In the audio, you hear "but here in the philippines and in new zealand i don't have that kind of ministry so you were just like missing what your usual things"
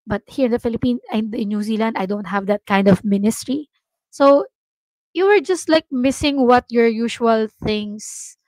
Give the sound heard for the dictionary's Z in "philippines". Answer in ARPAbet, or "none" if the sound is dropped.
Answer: none